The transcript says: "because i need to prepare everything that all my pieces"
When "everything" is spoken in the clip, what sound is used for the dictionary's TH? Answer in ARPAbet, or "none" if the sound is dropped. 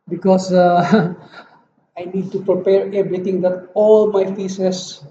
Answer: T